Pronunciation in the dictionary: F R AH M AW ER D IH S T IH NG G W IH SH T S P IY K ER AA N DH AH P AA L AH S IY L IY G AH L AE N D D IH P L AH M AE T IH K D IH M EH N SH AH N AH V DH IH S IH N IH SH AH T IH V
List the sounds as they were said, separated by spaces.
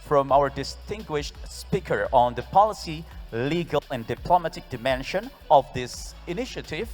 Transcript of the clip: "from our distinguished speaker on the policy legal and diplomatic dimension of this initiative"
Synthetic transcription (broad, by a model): F R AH M AW ER D IH S T IH NG G W IH SH T S P IY K ER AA N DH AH P AA L AH S IY L IY G AH L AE N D D IH P L AH M AE T IH K D IH M EH N SH AH N AH V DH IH S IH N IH SH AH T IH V